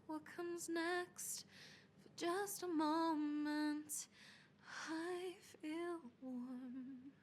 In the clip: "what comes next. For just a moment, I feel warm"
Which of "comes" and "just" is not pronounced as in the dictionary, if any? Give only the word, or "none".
none